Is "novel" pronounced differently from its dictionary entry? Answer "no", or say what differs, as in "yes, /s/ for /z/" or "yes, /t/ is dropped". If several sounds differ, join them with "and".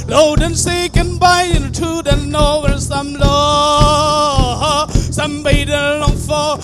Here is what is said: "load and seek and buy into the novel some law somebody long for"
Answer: yes, /n/ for /l/